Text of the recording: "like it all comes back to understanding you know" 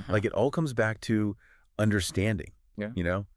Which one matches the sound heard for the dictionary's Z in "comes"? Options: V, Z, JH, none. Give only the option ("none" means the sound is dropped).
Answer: Z